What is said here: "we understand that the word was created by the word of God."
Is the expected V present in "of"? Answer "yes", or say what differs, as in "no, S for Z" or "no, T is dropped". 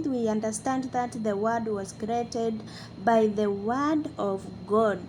yes